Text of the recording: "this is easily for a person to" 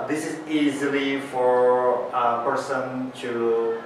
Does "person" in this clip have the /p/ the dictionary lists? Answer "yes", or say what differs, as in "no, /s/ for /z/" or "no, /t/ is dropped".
yes